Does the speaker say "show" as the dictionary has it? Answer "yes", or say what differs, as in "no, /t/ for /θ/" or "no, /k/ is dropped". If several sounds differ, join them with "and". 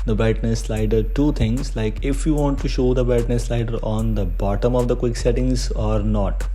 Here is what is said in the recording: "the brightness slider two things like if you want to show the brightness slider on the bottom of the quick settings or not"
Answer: yes